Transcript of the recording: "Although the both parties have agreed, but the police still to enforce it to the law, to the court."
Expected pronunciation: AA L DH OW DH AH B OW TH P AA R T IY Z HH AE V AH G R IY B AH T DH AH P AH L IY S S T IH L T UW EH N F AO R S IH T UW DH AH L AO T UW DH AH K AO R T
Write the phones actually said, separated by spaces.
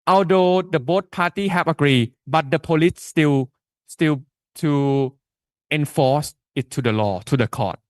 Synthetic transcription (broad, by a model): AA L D OW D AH B OW T P AA T IY HH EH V AH G R IY B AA T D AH P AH L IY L S T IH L T UW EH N F AO S IH T UW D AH L AO T UW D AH K AO T